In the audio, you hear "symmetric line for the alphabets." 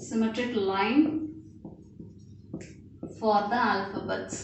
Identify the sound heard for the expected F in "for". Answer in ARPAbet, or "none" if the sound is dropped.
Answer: F